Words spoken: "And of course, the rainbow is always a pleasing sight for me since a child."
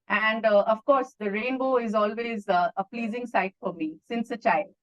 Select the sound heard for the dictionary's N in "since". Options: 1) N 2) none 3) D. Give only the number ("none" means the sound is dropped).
1